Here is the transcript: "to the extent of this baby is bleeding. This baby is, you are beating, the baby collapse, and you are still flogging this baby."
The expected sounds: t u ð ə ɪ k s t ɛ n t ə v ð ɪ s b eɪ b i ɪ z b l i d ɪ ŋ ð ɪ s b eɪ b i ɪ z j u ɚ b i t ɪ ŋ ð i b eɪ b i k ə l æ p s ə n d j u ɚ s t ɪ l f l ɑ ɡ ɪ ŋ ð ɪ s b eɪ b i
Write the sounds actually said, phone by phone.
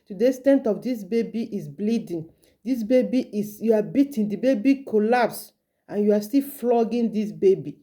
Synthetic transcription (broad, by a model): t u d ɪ s t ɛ n t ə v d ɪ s b eɪ b i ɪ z b l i d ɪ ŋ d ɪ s b eɪ b i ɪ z j u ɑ b i t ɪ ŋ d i b eɪ b i k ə l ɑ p s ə n j u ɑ s t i l f l ɑ ɡ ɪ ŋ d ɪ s b eɪ b i